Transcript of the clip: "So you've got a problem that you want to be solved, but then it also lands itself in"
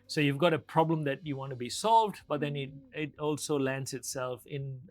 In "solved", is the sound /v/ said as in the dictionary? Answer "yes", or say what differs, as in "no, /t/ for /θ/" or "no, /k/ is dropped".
yes